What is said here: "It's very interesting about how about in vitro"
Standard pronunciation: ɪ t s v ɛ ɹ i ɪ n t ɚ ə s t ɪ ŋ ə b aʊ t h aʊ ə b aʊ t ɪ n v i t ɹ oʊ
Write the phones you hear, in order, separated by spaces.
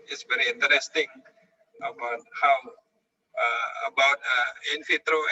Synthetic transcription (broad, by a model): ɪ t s v ɛ ɹ i ɪ n t ɚ ə s t ɪ ŋ ə b aʊ t h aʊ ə b aʊ t ɪ n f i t ɹ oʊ